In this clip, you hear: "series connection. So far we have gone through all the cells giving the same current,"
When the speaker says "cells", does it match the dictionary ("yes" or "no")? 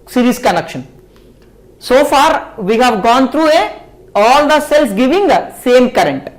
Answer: no